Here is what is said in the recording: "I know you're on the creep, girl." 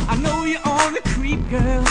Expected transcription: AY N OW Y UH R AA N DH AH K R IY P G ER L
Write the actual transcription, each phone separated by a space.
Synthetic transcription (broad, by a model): AY N OW Y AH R AA L DH AH K R IY P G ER L